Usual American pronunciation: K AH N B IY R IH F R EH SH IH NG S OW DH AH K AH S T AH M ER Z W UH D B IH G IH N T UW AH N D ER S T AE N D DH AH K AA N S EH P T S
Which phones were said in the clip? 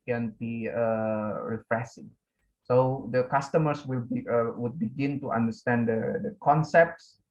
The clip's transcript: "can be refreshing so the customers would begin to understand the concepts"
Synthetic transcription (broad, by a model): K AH N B IY R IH F R EH S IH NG S OW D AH K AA S T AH M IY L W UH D B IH G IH N T UW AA N D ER S T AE N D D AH K AA N S EH P T S